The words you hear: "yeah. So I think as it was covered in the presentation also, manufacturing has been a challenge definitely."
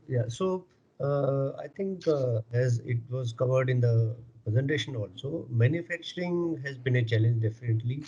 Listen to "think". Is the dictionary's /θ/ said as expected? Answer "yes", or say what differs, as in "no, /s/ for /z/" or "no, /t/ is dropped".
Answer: no, /t/ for /θ/